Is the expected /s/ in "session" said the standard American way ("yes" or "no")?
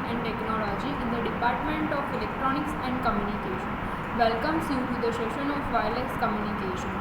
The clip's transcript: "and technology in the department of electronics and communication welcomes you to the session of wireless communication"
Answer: no